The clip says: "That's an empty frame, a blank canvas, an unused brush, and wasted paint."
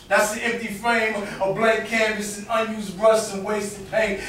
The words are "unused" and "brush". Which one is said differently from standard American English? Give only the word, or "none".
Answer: brush